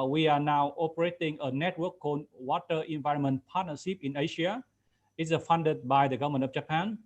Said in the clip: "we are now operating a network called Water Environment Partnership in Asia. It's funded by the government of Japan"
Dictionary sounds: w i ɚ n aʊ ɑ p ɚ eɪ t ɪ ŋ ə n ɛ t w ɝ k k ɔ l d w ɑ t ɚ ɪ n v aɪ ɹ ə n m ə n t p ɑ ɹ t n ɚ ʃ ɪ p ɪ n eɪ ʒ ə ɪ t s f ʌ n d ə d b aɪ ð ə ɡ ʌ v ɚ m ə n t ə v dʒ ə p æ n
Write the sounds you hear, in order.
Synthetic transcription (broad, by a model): w i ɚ n aʊ ɑ p ɚ eɪ t ɪ ŋ ə n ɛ t w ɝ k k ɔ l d w ɑ t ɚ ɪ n v aɪ ɹ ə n m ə n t p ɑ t n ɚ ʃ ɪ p ɪ n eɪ ʃ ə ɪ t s f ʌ n d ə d b aɪ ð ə ɡ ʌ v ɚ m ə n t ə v dʒ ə p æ n